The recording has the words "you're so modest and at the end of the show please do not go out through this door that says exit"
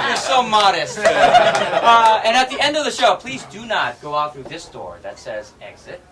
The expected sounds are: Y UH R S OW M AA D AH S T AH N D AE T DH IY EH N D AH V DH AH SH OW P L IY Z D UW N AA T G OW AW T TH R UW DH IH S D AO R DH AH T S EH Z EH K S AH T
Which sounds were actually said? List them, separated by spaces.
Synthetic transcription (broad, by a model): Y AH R S OW M AA D AH S T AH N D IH T DH IY EH N D AH V DH AH SH OW P L IY Z D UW N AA T G OW AW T TH R UW DH IH S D AO R DH AH T S EH Z EH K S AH T